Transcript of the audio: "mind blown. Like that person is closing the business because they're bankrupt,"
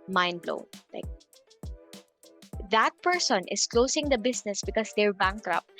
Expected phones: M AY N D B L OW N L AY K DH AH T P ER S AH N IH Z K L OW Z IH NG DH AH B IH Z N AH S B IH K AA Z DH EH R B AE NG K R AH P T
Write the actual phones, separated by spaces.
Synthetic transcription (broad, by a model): M AY N B L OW L AY K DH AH T P ER S AH N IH S K L OW S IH NG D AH B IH S N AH S B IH K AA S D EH R B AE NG K R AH P